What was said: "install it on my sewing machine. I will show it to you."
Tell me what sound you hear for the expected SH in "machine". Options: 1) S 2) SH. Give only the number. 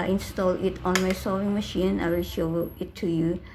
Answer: 2